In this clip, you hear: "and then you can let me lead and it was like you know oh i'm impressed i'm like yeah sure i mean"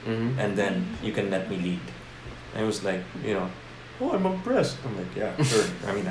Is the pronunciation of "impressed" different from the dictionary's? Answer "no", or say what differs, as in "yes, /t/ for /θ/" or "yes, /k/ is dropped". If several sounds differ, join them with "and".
yes, /m/ is dropped